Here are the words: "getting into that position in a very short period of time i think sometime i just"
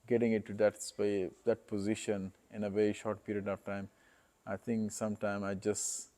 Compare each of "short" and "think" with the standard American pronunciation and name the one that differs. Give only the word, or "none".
think